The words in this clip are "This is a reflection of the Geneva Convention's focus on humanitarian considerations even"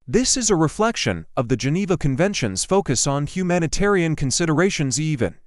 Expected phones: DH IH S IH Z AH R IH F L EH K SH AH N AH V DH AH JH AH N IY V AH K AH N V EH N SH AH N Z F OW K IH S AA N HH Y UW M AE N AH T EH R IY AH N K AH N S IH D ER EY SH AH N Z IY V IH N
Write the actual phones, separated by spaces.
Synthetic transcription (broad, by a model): DH IH S IH Z AH R IH F L EH K SH AH N AH V DH AH JH AH N IY V AH K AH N V EH N SH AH N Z F OW K IH S N HH Y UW M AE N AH T EH R IY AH N K AH N S IH D ER EY SH AH N Z IY V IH N